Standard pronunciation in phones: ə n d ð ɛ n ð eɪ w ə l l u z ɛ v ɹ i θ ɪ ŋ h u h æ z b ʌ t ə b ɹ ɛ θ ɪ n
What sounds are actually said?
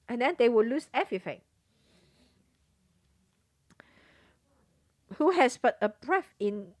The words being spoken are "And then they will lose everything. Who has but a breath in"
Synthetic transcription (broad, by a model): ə n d ɛ n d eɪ w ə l l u s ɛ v ɹ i f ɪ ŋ h u h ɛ s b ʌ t ə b ɹ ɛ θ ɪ n